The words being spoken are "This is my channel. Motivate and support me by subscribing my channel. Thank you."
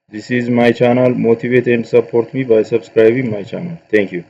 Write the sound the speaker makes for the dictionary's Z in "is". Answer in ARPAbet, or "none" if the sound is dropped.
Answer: Z